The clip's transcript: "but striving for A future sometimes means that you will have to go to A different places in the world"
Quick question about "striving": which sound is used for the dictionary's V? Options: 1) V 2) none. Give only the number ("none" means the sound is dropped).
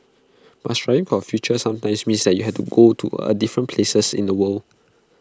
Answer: 2